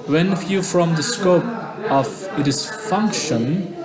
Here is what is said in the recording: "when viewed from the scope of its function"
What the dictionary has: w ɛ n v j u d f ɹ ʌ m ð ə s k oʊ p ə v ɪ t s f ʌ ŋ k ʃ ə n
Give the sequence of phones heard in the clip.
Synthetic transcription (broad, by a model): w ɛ n f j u f ɹ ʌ m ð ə s k oʊ p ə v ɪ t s f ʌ ŋ k ʃ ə n